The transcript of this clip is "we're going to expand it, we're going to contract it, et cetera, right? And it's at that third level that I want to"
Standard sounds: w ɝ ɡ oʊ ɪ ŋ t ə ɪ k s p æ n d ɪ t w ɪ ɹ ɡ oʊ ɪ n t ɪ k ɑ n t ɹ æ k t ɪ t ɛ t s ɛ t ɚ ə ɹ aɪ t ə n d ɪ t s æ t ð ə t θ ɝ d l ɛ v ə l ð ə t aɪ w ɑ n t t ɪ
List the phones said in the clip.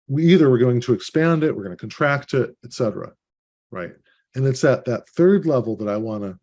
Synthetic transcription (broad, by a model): w ɝ ɡ oʊ ɪ ŋ t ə ɪ k s p æ n d ɪ t w ɪ ɹ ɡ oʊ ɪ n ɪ k n t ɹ æ k t ɪ t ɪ t s ɛ t ɚ ə ɹ aɪ t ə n ɪ t s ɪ t ð ə t θ ɝ d l ɛ v l ð ə t aɪ w ɑ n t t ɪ